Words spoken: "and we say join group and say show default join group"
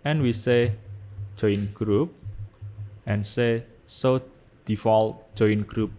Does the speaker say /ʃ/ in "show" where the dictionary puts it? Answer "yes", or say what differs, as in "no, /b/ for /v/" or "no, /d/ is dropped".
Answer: no, /s/ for /ʃ/